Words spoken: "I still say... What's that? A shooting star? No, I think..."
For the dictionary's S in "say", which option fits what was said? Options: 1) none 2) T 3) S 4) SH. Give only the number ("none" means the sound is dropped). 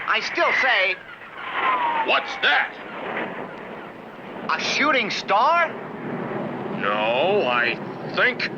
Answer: 3